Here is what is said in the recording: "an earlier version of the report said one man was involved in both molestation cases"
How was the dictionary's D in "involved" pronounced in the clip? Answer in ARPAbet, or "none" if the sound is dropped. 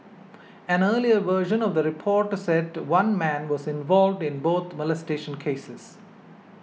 D